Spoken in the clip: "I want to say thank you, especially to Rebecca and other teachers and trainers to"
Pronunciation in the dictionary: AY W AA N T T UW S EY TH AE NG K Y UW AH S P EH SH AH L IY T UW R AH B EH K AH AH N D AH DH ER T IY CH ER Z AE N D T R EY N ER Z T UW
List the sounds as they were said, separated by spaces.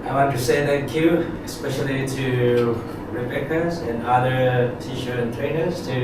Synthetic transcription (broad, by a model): AY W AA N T T UW S EY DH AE K Y UW AH S P EH SH AH L IY T UW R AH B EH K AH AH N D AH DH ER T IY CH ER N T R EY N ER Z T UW